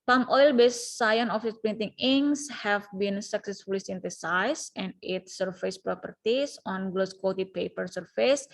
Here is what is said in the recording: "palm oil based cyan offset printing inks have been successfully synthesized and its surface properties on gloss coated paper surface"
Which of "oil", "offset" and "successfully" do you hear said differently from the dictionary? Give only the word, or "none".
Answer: offset